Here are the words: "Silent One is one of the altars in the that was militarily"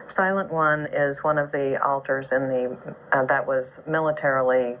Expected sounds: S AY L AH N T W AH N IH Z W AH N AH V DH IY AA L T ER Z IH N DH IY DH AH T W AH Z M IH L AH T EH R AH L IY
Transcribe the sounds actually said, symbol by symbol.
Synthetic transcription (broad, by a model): S AY L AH N T W AH N IH Z W AH N AH V DH IY AA L T ER Z IH N DH IY DH AH T W AH Z M IH L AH T EH R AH L IY